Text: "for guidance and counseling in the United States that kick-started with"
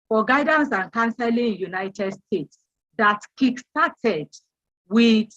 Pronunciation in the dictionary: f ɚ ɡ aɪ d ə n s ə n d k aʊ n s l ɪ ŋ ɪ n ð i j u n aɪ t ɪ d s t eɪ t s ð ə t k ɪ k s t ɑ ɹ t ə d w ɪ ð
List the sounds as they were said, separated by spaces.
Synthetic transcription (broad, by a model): f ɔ ɡ aɪ d ə n s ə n k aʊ n s ɪ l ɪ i j u n aɪ t ɪ d s t eɪ t s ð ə t k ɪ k s t ɑ t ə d w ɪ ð